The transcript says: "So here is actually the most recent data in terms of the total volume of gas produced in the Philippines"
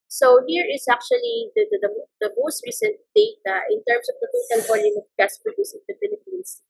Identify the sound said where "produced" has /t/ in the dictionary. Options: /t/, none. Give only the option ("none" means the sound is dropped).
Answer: none